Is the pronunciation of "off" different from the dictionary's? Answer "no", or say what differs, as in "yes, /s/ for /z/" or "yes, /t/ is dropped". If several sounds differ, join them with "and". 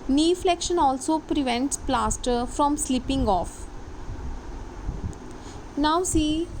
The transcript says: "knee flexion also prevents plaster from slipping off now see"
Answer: no